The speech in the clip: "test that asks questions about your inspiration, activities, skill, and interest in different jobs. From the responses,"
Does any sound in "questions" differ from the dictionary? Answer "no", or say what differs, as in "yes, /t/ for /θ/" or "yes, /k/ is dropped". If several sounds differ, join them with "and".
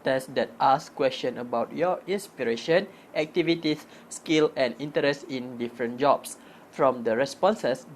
yes, /z/ is dropped